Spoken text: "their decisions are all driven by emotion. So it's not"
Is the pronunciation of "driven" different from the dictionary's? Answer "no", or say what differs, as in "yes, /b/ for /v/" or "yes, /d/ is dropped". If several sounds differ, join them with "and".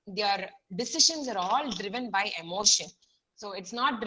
no